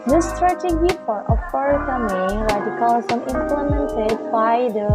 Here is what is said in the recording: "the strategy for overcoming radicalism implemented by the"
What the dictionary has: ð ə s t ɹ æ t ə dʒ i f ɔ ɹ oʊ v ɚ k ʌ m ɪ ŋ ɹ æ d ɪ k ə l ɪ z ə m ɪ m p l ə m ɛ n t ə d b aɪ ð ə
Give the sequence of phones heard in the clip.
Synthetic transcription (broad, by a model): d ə s t ɹ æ t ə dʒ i f ɔ ɹ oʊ p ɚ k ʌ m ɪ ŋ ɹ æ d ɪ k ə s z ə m ɪ m p l ə m ɛ n t ə d b aɪ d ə